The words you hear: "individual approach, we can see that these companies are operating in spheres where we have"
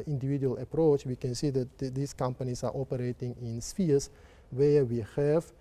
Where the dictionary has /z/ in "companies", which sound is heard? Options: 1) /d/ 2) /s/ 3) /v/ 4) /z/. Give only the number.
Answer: 2